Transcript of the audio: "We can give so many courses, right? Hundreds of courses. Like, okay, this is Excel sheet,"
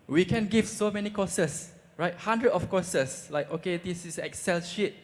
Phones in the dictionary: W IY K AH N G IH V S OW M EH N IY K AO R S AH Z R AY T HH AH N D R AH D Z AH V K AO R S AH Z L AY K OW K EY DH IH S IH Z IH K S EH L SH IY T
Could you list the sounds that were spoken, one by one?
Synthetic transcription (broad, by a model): W IY K AH N G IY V S OW M EH N IY K AO S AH S R AY T HH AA N D R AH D AH F K AO S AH S L AY K OW K EY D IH S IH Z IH K S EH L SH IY T